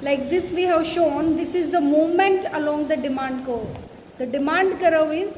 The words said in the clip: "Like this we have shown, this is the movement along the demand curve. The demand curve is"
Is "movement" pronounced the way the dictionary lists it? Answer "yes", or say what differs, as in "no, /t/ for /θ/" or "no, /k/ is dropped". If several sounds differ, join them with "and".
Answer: no, /v/ is dropped